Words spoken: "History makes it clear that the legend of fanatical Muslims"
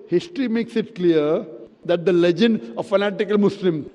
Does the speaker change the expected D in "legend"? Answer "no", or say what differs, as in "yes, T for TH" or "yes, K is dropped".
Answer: no